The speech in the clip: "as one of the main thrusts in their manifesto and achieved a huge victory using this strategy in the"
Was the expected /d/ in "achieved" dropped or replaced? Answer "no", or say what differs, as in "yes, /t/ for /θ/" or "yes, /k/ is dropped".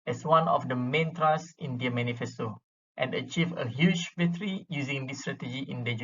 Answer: yes, /d/ is dropped